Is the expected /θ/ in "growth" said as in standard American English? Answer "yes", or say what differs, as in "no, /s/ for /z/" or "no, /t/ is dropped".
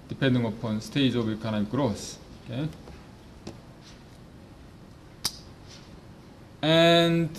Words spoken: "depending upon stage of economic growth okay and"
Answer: no, /s/ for /θ/